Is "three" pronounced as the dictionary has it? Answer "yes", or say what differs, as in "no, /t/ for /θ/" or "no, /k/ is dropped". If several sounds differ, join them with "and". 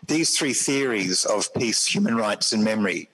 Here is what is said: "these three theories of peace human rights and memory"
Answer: yes